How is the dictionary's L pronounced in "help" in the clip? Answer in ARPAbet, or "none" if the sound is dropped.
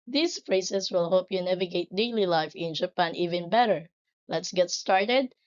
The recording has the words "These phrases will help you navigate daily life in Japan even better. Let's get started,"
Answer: none